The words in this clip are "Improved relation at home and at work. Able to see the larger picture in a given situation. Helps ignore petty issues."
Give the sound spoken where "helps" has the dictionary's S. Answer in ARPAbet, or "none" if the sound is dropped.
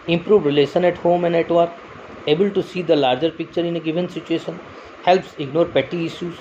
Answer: S